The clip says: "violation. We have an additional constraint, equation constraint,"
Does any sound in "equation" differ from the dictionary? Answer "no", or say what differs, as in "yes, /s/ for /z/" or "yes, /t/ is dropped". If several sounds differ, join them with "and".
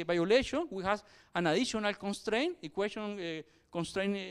yes, /s/ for /ʒ/